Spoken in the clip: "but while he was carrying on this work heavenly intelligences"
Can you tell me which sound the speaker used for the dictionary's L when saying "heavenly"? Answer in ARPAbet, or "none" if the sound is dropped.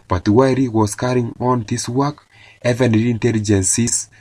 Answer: none